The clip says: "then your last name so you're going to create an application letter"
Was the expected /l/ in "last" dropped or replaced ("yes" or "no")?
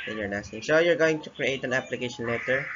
yes